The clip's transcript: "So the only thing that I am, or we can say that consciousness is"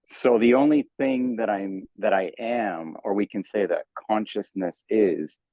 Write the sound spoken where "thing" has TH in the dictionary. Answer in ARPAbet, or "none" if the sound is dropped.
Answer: TH